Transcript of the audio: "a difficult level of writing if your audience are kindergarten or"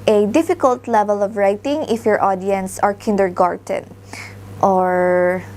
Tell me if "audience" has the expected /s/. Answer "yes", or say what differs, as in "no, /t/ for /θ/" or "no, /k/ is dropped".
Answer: yes